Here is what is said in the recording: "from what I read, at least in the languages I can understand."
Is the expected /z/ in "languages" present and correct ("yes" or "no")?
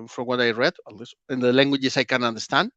no